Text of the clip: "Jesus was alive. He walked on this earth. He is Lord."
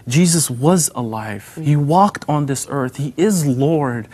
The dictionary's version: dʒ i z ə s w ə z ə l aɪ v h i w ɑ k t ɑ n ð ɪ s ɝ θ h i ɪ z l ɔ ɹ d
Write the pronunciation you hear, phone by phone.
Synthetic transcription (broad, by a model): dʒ i z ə s w ə z ə l aɪ v h i w ɑ k t n ð ɪ s ɝ θ h i ɪ z l ɔ ɹ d